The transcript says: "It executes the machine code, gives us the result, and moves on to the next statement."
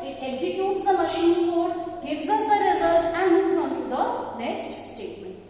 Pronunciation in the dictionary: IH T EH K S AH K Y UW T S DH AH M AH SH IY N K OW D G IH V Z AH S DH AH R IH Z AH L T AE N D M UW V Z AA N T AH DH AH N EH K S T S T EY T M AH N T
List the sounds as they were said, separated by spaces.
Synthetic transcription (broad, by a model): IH T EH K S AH K Y UW T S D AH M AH SH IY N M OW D G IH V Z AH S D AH R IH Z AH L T AE N D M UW Z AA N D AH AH N EH K S T S T EY T M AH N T